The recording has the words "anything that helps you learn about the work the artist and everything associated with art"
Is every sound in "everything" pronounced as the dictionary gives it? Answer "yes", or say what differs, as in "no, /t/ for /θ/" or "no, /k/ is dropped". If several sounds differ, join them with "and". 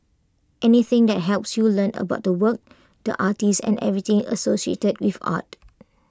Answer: no, /t/ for /θ/